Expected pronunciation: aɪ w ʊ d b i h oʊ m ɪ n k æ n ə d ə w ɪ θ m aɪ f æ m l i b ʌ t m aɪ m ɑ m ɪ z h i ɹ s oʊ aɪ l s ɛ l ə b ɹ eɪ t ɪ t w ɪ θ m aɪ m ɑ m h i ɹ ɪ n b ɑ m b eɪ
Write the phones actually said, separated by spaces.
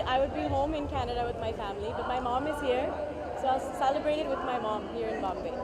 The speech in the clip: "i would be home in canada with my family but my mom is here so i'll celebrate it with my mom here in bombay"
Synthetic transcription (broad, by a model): aɪ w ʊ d b i h oʊ m ɪ n k æ n ə d ə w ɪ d m aɪ f æ m l i b ʌ t m aɪ m ɑ m ɪ z h i ɹ s oʊ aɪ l s ɛ l ə b ɹ eɪ t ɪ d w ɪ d m aɪ m ɑ m h i ɹ ɪ n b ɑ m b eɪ